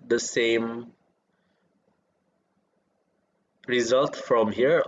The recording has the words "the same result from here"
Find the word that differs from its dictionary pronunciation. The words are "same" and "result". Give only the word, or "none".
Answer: none